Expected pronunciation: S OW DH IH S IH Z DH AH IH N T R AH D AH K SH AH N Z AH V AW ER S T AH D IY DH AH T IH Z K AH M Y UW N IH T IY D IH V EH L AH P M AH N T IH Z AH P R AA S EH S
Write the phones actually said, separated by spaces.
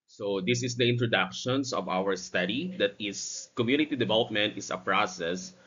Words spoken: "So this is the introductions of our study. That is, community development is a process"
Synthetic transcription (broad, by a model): S OW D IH S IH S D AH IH N T R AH D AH K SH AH N S AH V AW ER S T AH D IY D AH T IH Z K AH M Y UW N IH T IY D IH V EH L AH P M AH N T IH S AH P R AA S EH S